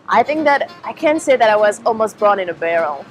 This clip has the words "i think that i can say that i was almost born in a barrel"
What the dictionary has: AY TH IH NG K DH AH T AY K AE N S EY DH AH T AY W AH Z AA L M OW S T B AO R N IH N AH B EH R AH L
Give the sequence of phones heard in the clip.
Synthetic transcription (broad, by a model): AY TH IH NG K DH AH T AY K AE N S EY DH AH T AY W AH Z AA L M OW S T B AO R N IH N AH B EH R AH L